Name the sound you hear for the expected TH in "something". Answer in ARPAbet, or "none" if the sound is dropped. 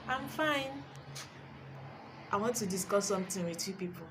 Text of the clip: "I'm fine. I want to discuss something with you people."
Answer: T